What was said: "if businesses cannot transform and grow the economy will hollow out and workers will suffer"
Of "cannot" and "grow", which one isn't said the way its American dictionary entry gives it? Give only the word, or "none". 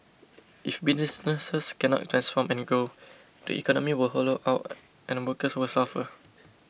grow